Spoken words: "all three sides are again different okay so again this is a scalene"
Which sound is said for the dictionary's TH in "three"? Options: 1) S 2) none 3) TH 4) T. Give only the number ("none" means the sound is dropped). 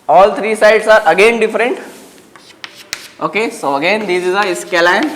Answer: 4